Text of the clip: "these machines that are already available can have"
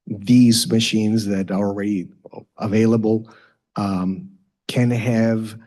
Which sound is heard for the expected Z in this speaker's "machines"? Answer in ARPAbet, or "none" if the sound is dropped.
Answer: Z